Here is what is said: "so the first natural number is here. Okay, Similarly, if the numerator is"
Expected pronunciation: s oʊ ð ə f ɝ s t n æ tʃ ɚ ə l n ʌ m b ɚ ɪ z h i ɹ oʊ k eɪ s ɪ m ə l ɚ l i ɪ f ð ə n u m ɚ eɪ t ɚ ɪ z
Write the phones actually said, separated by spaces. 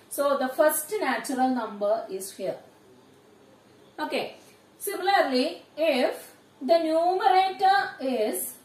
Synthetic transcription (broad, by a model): s oʊ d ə f ɝ s t n æ tʃ ɚ ə l n ʌ m b ɚ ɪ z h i ɹ oʊ k eɪ s ɪ m ə l ɚ l i ɪ f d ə n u m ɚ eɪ t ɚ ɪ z